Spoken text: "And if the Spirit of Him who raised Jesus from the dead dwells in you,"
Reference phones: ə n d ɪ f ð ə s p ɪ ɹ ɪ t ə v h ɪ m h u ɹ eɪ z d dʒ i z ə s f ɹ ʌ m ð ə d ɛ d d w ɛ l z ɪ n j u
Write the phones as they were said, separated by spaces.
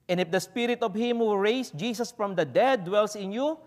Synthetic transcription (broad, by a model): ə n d ɪ f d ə s p ɪ ɹ ɪ t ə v h ɪ m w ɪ ɹ eɪ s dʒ i s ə s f ɹ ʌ m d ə d ɛ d d w ɛ l s ɪ n j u